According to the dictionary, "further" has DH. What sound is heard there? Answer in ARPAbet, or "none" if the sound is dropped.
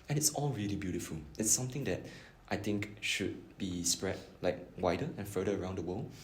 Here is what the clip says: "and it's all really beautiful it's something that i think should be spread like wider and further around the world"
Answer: none